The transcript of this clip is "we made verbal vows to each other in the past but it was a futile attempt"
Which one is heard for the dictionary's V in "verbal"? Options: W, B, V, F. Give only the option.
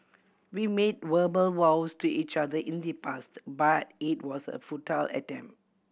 W